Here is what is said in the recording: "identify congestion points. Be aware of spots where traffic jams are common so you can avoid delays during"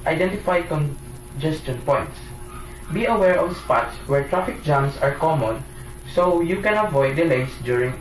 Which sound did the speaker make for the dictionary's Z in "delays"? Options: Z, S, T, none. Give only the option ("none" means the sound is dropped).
S